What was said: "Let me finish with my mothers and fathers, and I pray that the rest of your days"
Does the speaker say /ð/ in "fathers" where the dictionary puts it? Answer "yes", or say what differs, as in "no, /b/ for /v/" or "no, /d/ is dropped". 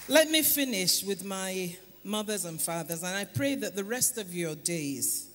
yes